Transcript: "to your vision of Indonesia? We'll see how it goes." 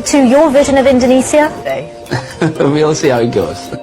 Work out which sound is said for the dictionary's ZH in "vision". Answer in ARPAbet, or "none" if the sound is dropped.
ZH